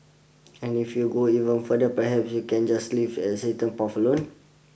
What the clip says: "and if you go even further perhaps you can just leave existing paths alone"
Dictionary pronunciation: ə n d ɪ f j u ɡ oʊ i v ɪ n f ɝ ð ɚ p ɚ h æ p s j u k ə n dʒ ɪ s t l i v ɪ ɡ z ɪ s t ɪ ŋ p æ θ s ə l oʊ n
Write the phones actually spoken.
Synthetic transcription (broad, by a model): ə n ɪ f j u ɡ oʊ i v ɪ n f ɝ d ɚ p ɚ h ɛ p s j u k ə n dʒ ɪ s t l i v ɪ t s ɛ t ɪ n p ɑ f ə l oʊ n